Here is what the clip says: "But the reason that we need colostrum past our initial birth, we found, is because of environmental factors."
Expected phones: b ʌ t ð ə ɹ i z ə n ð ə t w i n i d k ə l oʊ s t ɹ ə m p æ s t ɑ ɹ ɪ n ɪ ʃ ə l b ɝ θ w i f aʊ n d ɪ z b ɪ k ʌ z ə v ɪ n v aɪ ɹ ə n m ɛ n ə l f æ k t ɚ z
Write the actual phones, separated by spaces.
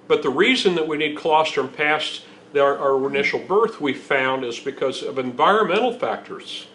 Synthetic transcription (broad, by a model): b ʌ t ð ə ɹ i z ə n ð ə t w i n i d k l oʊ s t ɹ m p æ s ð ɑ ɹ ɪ n ɪ ʃ l b ɝ θ w i f aʊ n d ɪ z b ɪ k ʌ z ə v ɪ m v aɪ ɹ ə n m ɛ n l f æ k t ɚ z